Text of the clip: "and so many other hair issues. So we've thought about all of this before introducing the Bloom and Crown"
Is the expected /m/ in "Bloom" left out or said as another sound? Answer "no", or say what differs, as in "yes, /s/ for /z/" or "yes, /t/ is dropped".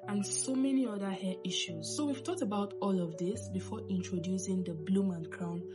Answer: no